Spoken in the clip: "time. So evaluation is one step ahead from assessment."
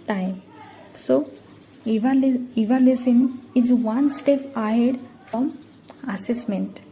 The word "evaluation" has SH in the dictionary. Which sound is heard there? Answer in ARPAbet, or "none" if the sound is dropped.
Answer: S